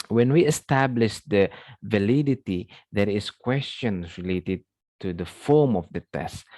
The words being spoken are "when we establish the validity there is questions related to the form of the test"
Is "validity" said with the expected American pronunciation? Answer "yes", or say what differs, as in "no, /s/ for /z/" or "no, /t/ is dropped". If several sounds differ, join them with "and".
yes